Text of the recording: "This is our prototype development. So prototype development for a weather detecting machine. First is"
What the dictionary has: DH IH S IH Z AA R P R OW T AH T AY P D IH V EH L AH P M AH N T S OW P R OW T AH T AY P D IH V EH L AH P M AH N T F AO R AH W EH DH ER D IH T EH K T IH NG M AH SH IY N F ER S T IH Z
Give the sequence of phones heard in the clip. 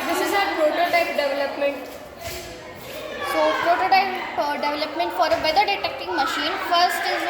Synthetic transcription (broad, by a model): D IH S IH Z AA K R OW T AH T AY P D IH V EH L AH P M AH N T S OW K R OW T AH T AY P D IH V EH L AH P M AH N T F AO R AH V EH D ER D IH T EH K T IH NG M AH SH IY N F ER S T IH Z